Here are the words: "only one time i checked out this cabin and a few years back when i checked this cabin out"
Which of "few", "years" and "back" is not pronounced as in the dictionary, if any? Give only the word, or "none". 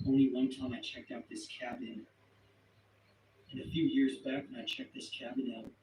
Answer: none